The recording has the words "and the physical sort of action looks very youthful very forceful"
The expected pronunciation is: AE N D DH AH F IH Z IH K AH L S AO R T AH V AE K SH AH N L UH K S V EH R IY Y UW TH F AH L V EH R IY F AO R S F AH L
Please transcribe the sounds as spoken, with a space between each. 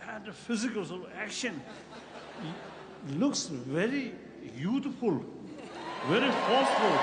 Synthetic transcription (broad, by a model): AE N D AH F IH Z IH K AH L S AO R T AE K SH AH N L UH K S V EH R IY Y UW T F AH L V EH R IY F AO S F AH L